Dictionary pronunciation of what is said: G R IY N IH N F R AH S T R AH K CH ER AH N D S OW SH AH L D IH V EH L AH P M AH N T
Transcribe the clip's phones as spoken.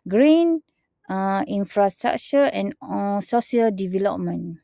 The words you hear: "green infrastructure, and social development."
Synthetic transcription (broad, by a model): G R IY N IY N F R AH S T R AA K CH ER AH N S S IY AH L D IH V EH L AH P M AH N